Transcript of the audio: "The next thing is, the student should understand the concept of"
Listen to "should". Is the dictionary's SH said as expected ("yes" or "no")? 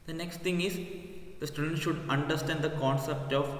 yes